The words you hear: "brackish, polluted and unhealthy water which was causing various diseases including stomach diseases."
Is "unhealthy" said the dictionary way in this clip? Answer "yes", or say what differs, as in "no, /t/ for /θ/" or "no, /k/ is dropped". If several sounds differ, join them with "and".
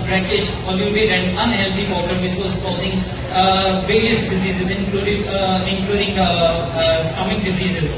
no, /t/ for /θ/